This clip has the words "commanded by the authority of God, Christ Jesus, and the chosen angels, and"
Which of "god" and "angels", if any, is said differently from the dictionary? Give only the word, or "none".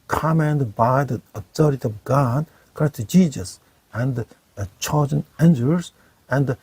angels